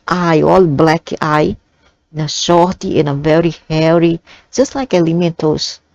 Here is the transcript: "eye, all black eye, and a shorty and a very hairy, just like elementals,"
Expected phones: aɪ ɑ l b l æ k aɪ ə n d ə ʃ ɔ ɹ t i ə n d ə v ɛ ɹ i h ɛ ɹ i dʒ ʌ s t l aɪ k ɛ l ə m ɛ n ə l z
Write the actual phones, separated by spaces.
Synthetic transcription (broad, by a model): aɪ ɑ l b l æ k aɪ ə n ə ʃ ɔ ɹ t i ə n ə v ɛ ɹ i h ɛ ɹ i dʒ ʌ s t l aɪ k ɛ l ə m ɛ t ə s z